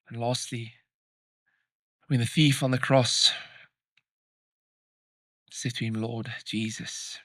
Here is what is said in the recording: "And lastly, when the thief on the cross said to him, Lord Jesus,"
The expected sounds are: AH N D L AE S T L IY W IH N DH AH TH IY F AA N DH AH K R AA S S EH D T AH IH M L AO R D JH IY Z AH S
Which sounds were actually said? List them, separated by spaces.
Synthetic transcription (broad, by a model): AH N L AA S T L IY W IH N DH AH TH IY F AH N DH AH K R AA S S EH T AH IH M L AO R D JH IY Z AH S